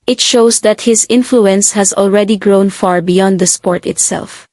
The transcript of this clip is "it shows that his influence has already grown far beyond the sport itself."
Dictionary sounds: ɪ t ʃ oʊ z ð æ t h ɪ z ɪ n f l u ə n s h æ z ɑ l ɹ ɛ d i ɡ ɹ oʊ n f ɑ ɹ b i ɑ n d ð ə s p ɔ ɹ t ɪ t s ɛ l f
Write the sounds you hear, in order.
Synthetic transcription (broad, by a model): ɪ t ʃ oʊ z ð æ t h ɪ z ɪ n f l u ə n s h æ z ɑ l ɹ ɛ d i ɡ ɹ oʊ n f ɑ ɹ b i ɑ n d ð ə s p ɔ ɹ t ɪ t s ɛ l f